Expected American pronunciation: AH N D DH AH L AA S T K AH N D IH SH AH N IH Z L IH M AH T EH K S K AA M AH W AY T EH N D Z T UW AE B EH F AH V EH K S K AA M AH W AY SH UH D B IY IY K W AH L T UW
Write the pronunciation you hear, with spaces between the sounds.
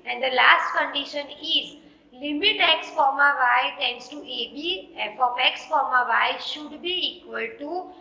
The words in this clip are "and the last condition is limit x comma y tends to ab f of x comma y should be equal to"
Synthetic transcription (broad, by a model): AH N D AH L AA S T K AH N D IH SH AH N IH Z L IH M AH T EH K S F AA M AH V AY T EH N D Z T UW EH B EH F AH P EH K S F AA M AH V AY SH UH D B IY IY K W AH L T UW